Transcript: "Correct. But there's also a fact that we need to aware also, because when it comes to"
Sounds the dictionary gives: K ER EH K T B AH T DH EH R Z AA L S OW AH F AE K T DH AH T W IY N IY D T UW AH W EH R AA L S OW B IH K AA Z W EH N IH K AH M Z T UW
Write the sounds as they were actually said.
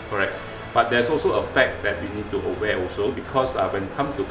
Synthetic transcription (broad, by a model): K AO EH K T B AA T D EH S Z AA L S OW AH F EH K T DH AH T W IY N IY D T UW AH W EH AA L S OW B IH K AA S W EH N IH K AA M T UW